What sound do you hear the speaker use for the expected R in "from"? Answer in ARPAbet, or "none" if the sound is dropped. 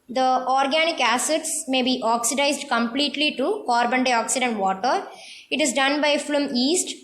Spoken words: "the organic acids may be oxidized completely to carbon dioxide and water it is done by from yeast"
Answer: L